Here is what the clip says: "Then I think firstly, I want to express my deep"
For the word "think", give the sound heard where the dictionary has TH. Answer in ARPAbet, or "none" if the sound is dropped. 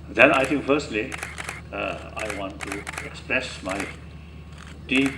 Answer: T